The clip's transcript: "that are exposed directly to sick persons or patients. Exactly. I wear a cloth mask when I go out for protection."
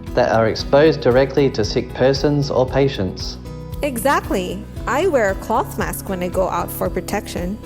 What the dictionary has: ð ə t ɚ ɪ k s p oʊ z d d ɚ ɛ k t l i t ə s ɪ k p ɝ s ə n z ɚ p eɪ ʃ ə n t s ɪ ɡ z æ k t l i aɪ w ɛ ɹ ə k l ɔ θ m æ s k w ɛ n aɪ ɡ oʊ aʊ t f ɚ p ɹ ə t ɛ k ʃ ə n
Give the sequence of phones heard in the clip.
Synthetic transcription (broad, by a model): ð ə t ɚ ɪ k s p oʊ z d d ɚ ɛ k t l i t ə s ɪ k p ɝ s ə n z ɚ p eɪ ʃ ə n t s ɪ ɡ z æ k t l i aɪ w ɛ ɹ ə k l ɔ θ m æ s k w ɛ n aɪ ɡ oʊ aʊ t f ɚ p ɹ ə t ɛ k ʃ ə n